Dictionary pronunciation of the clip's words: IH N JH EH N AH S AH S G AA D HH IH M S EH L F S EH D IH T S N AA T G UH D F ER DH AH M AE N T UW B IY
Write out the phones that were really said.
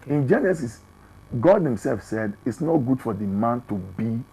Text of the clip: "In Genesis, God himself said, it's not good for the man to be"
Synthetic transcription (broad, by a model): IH N JH EH N AH S AH S G AA D HH IH M S EH L F S EH D IH T S N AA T G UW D F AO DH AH M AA N T UW B IY